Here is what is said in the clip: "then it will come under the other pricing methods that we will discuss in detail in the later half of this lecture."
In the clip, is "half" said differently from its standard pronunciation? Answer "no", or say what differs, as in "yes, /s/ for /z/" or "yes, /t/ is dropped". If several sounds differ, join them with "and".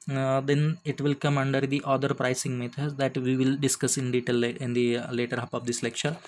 yes, /p/ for /f/